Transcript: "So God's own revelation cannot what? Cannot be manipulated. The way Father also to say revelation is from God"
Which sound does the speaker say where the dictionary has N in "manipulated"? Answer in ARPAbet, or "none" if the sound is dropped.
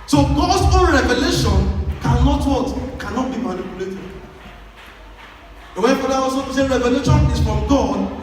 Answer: L